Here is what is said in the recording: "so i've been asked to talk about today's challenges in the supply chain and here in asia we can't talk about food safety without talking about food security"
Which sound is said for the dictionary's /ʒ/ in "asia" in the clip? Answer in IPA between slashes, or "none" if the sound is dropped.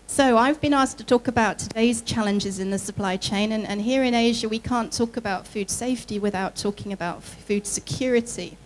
/ʒ/